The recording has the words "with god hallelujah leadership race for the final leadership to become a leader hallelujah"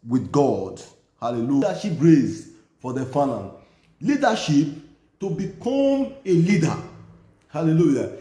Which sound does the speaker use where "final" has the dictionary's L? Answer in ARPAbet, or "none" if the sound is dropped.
N